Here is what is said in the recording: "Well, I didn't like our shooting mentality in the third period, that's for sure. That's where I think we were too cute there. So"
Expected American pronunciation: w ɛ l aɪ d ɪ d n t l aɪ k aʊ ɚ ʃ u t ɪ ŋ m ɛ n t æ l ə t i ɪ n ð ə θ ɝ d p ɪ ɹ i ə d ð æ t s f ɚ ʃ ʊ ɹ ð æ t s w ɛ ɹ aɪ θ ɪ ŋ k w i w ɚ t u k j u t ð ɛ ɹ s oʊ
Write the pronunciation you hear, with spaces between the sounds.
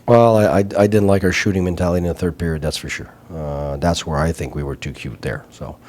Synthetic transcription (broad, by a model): w ɛ l aɪ d ɪ d n t l aɪ k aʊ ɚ ʃ u t ɪ ŋ m ɛ n t æ l ə t i ɪ n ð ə θ ɝ d p ɪ ɹ i ə d ð æ t s f ɚ ʃ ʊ ɹ ð æ t s w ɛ ɹ aɪ θ ɪ ŋ k w i w ɚ t u k j u t ð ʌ ɹ s oʊ